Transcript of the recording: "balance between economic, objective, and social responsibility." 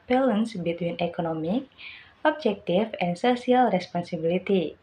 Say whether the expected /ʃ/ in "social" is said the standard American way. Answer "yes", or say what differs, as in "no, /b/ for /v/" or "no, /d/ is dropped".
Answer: no, /s/ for /ʃ/